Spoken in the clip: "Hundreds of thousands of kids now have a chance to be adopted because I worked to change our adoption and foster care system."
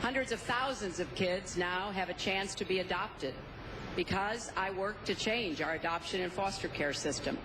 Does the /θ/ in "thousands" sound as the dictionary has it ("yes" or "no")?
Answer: yes